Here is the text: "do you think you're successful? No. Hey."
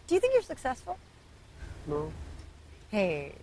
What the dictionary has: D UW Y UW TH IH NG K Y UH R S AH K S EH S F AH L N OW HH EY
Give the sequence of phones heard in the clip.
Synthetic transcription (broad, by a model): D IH Y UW TH IH NG K Y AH R S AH K S EH S F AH L N OW HH EY